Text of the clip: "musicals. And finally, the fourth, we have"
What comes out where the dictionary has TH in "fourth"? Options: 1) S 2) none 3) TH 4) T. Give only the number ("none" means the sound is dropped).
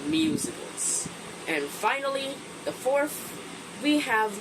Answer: 3